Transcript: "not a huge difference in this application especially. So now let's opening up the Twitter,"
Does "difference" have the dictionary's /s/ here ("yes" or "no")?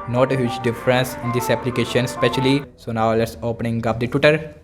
yes